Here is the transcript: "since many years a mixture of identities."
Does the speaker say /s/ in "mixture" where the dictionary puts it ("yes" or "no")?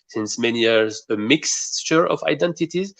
yes